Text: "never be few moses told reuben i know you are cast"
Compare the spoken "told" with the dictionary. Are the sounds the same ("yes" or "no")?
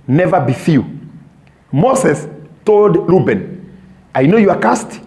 yes